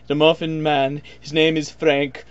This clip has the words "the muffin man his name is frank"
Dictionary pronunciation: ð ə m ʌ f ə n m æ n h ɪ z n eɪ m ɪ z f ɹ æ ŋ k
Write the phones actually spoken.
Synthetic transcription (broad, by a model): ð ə m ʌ f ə n m æ n h ɪ z n eɪ m ɪ z f ɹ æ ŋ k